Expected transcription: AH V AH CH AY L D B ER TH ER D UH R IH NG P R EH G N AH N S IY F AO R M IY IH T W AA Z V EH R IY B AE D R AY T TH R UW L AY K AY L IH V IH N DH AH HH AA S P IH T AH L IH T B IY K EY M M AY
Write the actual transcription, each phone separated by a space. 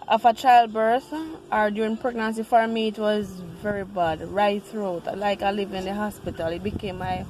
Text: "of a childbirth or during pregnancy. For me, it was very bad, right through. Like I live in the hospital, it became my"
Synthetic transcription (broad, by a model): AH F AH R AY L D B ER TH ER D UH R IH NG P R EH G N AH N S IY F AO R M IY IH T W AA Z V EH R IY B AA D R AY T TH R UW L AY K AY L IH V IH N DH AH HH AA S P IH T AH L IH T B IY K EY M M AY